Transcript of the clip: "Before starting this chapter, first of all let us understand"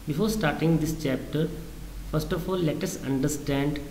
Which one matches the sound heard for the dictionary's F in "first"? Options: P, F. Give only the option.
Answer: F